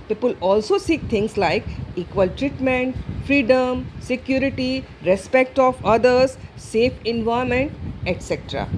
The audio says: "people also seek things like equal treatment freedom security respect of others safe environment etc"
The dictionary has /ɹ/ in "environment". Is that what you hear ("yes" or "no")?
no